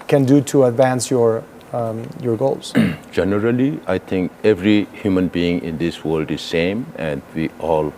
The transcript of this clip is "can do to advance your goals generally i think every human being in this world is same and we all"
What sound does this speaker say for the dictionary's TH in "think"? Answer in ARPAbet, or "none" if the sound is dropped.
T